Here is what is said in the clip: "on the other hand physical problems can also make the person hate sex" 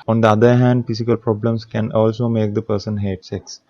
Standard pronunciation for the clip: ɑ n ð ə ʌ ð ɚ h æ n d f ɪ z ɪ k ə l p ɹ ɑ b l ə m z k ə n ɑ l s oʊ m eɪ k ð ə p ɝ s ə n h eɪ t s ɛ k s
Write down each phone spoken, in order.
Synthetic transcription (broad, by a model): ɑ n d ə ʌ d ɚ h æ n d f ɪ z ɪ k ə l p ɹ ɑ b l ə m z k ə n ɑ l s oʊ m eɪ k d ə p ɝ s ə n h eɪ t s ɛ k s